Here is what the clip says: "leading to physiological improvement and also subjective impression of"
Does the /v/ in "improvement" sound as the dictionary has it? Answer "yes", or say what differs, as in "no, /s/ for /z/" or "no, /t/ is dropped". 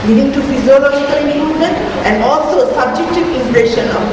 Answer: no, /v/ is dropped